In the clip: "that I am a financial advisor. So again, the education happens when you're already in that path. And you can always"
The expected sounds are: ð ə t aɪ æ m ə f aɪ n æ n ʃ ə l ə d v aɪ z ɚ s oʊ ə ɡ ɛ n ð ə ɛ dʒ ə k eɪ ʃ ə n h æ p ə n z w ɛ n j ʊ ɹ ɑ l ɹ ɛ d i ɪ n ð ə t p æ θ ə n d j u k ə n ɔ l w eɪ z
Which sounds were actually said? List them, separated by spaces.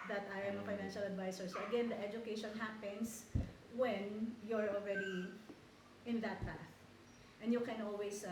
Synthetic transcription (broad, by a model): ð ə t aɪ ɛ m ə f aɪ n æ n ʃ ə l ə d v aɪ s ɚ s oʊ ə ɡ ɛ n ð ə ɛ dʒ ə k eɪ ʃ ə n h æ p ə n s w ɛ n j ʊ ɹ ɑ l ɹ ɛ d i ɪ n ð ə t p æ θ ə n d j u k ə n ɔ l w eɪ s